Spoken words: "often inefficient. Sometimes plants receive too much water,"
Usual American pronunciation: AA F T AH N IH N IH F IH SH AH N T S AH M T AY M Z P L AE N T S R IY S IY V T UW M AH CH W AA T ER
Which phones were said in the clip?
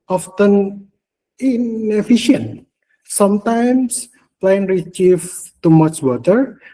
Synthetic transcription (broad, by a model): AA F T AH N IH N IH F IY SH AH N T S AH M T AY M S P L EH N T R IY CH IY F T UW M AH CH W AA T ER